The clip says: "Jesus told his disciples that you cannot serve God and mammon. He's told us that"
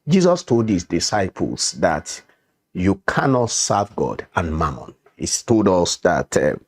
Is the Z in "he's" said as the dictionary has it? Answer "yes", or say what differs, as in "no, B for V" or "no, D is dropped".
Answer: no, S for Z